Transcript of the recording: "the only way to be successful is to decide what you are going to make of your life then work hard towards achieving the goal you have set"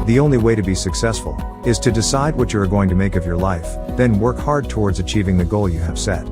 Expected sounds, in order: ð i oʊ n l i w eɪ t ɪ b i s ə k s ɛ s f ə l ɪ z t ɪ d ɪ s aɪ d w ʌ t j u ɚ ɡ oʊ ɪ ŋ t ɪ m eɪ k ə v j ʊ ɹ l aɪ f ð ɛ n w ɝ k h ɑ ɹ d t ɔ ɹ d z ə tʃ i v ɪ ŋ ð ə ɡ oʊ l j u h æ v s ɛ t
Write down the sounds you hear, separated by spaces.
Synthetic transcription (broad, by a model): ð i oʊ n l i w eɪ t ɪ b i s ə k s ɛ s f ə l ɪ z t ɪ d ɪ s aɪ d w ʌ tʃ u ɚ ɡ oʊ ɪ ŋ t ɪ m eɪ k ə v j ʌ ɹ l aɪ f ð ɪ n w ɝ k h ɑ ɹ d t ɔ ɹ d z ə tʃ i v ɪ ŋ ð ə ɡ oʊ l j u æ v s ɛ t